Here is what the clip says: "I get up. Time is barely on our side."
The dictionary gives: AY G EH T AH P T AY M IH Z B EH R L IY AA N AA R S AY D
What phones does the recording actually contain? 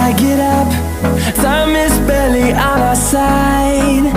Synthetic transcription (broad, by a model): AY G EH T AH P S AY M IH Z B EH L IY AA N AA S AY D